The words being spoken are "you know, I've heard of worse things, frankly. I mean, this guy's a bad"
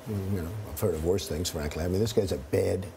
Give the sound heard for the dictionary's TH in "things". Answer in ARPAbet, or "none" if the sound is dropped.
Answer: TH